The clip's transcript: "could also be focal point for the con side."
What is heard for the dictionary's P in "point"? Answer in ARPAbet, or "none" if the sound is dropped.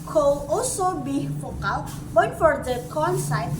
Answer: B